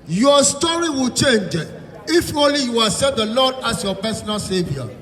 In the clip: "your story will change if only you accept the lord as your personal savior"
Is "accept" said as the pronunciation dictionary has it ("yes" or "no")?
no